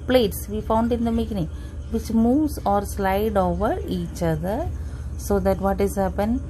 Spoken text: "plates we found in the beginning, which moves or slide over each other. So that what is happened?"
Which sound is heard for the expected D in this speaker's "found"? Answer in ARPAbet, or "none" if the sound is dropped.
D